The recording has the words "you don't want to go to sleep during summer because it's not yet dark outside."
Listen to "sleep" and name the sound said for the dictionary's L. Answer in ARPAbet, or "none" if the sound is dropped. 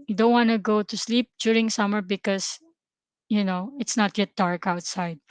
L